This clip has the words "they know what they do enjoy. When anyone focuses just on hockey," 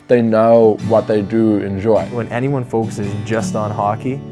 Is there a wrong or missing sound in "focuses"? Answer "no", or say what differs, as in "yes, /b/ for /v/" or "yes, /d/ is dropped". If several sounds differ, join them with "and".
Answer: no